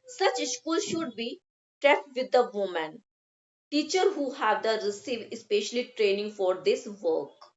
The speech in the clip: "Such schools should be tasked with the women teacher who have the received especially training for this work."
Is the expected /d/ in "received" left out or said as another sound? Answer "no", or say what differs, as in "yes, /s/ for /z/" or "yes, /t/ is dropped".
yes, /d/ is dropped